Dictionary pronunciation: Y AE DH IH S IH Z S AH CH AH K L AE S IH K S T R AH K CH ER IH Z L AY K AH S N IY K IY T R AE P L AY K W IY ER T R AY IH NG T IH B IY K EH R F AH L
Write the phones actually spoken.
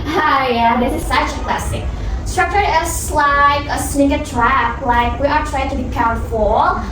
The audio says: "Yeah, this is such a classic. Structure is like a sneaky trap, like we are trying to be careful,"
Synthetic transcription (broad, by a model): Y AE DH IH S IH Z S AH CH AH K L AE S IH K S T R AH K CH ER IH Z L AY K AH S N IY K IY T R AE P L AY K W IY ER T R AY IH NG T IH B IY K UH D F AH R